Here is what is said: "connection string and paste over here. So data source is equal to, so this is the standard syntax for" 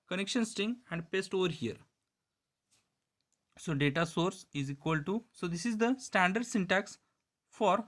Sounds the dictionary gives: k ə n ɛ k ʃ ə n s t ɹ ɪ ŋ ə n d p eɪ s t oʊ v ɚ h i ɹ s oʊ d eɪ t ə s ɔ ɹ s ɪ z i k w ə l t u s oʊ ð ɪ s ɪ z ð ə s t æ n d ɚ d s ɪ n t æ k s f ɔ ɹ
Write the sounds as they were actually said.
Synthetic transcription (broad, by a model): k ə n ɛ k ʃ ə n s t ɪ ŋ ə n d p eɪ s t oʊ v ɚ h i ɹ s oʊ d eɪ t ə s ɔ ɹ s ɪ z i k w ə l t u s oʊ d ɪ s ɪ z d ə s t æ n d ɚ d s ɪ n t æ k s f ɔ ɹ